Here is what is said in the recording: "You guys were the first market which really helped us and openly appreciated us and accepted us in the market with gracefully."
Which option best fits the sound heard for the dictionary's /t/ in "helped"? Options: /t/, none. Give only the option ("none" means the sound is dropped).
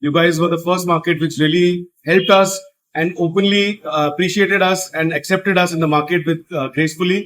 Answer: /t/